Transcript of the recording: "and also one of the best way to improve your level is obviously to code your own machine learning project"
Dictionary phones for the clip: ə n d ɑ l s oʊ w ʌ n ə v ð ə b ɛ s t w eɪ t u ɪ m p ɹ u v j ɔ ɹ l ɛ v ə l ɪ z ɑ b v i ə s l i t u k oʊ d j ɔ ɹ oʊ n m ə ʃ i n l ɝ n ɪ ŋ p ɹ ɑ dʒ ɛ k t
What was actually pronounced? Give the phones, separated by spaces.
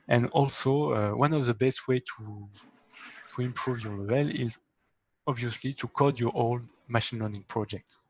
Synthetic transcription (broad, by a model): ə n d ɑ l s oʊ w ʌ n ə v ð ə b ɛ s t w eɪ t u ɪ m p ɹ u v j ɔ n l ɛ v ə l ɪ z ɑ b v i ə s l i t u k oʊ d j ɔ ɹ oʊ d m ə ʃ i n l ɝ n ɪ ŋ p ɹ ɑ dʒ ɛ k t